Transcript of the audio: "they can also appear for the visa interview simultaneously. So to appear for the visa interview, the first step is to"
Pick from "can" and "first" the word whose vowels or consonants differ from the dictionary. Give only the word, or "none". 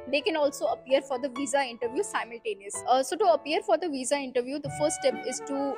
none